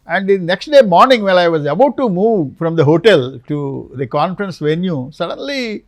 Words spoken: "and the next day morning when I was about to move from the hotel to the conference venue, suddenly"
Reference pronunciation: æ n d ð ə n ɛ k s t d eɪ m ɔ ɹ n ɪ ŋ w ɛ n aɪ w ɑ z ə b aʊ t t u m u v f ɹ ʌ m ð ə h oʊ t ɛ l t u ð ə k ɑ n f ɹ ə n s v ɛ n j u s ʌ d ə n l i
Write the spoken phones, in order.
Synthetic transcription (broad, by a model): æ n d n n ɛ k s t d eɪ m ɔ ɹ n ɪ ŋ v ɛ l aɪ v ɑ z ə b aʊ t t u m u v f ɹ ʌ m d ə h oʊ t ɛ l t u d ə k ɑ n f ɹ ə n s v ɛ n j u s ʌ d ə n l i